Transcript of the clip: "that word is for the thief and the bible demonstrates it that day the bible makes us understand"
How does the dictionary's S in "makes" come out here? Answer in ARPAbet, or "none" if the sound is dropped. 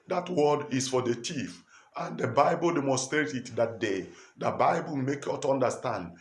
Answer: none